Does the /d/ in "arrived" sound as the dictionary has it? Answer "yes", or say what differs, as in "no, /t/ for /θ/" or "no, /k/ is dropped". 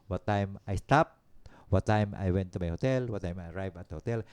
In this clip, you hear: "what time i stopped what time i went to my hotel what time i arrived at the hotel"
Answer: no, /d/ is dropped